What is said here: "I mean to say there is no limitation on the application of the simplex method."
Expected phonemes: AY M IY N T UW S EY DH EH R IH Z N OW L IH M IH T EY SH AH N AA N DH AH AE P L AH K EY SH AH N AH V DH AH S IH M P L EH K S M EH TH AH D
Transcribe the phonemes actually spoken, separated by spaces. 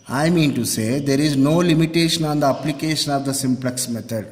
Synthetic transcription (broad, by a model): AY M IY N T UW S EY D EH R IH Z N OW L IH M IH T EY SH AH N AA N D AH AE P L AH K EY SH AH N AH V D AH S IH M P L EH K S M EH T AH D